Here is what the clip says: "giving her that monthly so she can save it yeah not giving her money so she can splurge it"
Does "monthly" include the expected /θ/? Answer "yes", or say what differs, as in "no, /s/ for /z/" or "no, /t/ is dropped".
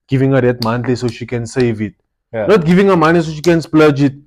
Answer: no, /t/ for /θ/